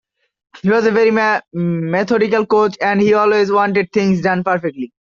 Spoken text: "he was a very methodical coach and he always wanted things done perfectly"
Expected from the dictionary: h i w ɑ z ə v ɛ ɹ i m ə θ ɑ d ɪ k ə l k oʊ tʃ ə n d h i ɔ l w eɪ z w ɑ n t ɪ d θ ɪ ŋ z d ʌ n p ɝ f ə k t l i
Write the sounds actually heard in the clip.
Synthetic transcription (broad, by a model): h i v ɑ z ə v ɛ ɹ i m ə t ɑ d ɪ k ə l k oʊ tʃ ə n d h i ɔ l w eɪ z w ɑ n t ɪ d t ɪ ŋ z d ʌ n p ɝ f ə k t l i